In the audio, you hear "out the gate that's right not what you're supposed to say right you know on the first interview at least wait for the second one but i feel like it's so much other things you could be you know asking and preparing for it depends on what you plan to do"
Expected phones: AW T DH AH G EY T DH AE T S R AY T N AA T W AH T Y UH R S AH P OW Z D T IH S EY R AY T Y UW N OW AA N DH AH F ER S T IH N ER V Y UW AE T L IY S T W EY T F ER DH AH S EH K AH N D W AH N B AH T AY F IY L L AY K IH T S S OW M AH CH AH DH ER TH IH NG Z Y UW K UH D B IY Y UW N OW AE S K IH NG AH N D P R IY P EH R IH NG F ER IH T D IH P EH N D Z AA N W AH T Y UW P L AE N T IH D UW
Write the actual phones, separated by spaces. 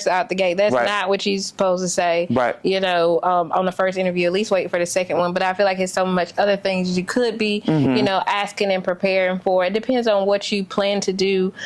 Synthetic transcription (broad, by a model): AW T DH AH G EY T DH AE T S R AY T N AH T W AH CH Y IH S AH P OW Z T IH S EY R AY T Y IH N OW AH N DH AH F ER S T IH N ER V Y UW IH T L IY S T W EY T F ER DH AH S EH K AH N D W AH N B AH T AY F IY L L AY K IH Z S S OW M AH CH AH DH ER TH IH NG Z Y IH K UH D B IY Y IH N OW AE S K IH NG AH N P R IY P EH R IH NG F ER IH T D IH P EH N D Z N W AH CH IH P L AE N T IH D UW